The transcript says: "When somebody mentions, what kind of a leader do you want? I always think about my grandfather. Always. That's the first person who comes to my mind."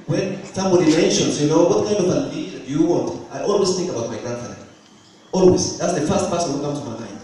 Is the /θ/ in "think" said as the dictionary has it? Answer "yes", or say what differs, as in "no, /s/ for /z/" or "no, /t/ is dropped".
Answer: yes